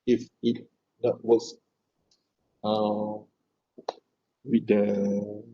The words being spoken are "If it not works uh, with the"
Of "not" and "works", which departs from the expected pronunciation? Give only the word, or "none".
works